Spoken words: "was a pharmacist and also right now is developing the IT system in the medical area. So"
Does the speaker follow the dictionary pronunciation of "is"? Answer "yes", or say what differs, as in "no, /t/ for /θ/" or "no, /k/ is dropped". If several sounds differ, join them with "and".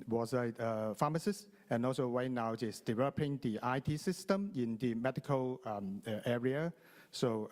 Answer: no, /s/ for /z/